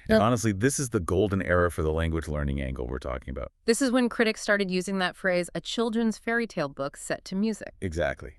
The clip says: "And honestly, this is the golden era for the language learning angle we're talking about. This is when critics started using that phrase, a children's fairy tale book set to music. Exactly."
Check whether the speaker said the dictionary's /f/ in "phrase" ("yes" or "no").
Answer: yes